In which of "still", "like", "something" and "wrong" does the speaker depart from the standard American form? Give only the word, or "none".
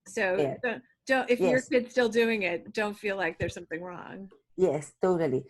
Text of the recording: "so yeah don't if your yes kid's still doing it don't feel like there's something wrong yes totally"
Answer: none